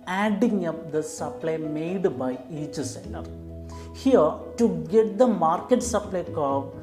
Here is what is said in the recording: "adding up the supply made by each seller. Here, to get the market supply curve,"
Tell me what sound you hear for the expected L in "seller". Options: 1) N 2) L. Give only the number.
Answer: 1